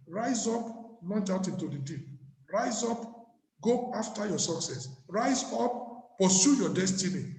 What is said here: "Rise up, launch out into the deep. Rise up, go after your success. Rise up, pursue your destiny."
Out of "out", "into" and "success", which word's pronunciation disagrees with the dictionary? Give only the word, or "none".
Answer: none